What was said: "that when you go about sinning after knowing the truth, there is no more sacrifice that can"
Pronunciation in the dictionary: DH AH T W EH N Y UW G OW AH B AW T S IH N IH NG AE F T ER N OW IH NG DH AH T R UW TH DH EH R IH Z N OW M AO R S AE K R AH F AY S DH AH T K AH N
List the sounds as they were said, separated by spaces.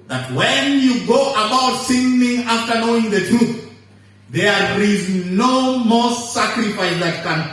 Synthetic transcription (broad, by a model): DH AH T W EH N Y UW G OW AH B AW T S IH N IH NG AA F T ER N OW IH NG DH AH T R UW TH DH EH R IH Z N OW M AO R S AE K R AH F AY S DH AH T K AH N